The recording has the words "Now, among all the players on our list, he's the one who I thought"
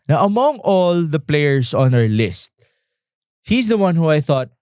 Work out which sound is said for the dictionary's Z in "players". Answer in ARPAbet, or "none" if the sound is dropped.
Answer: S